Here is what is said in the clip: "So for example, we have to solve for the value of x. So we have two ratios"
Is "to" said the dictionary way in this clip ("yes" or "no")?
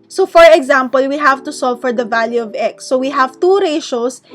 yes